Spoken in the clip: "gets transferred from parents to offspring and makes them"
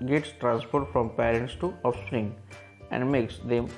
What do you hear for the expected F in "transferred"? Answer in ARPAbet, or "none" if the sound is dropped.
P